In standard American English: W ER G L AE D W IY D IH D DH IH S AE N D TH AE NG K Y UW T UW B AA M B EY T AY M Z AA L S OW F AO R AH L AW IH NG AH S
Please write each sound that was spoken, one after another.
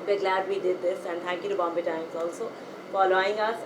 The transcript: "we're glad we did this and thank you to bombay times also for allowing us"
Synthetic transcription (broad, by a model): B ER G L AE D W IY D IH D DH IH S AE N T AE NG K Y UW T UW B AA M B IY T AY M Z AA L S OW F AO L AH AW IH NG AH S